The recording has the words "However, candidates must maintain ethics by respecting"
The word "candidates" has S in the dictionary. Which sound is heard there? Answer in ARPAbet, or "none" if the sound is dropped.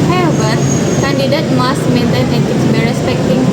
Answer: none